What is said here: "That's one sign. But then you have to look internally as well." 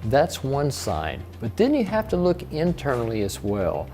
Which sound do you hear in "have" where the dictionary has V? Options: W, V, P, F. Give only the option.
F